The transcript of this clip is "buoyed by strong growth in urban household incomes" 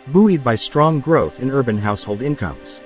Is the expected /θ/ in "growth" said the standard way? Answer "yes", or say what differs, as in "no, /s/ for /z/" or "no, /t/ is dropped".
yes